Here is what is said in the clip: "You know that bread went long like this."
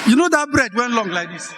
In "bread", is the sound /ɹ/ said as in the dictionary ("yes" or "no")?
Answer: yes